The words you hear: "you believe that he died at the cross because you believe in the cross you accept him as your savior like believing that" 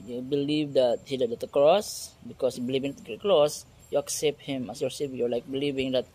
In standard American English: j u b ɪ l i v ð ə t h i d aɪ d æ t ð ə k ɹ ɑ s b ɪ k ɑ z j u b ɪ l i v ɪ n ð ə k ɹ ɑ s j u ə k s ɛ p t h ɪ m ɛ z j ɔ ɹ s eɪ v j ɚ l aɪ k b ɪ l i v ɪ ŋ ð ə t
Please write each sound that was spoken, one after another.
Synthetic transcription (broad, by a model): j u b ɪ l i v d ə t h i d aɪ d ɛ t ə k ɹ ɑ s b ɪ k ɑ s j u b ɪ l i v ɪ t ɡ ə k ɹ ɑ s j u ə k s ɛ p t h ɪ m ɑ s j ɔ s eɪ p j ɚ l aɪ k b ɪ l i v ɪ ŋ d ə t